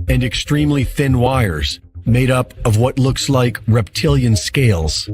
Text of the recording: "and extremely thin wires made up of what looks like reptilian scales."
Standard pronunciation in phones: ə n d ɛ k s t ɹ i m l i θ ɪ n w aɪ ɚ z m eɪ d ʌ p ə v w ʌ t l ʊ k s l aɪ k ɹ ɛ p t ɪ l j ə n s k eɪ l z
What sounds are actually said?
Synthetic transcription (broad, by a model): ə n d ɛ k s t ɹ i m l i θ ɪ n w aɪ ɚ z m eɪ d ʌ p ə v w ʌ t l ʊ k s l aɪ k ɹ ɛ p t ɪ l j ə n s k eɪ l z